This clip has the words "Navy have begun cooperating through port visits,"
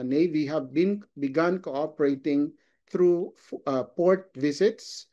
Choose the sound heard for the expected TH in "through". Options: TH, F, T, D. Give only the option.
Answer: T